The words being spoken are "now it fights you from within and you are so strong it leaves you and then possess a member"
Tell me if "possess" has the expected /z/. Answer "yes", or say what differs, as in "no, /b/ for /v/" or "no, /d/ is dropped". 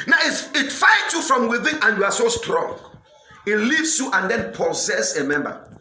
no, /s/ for /z/